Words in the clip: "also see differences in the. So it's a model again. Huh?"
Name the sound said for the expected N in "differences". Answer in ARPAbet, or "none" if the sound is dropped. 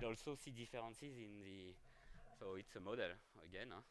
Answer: none